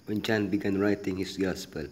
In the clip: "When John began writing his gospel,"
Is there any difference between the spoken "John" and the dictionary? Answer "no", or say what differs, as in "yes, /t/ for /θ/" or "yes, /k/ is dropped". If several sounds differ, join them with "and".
yes, /tʃ/ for /dʒ/